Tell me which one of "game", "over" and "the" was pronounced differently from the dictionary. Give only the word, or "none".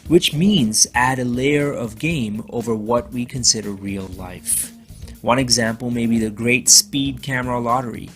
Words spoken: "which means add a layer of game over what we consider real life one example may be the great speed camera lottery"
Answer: none